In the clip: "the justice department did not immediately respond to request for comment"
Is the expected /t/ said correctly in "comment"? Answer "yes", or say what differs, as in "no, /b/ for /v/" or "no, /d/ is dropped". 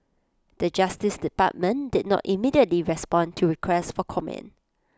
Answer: no, /t/ is dropped